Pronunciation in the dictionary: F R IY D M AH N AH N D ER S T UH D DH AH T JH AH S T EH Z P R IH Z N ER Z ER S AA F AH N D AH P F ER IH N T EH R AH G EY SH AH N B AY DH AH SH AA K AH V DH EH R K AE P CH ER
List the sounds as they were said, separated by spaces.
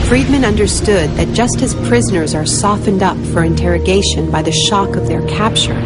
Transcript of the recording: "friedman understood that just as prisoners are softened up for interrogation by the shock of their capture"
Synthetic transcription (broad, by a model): F R IY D M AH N AH N D ER S T UH D DH AH T JH AH S T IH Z P R IH Z N ER Z ER S AA F AH N D AH P F ER IH N T EH R AH G EY SH AH N B AY DH AH SH AA K AH V DH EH R K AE P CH ER